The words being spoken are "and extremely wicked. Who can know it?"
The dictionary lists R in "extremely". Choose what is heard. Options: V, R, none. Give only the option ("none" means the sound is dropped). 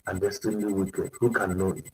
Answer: none